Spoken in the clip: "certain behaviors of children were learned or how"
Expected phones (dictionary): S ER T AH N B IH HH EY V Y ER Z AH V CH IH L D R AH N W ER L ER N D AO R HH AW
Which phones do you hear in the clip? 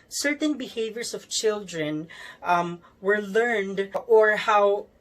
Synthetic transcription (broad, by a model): S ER T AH N B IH HH EY V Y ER S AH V CH IH L D R AH N W ER L ER N D AO R HH AW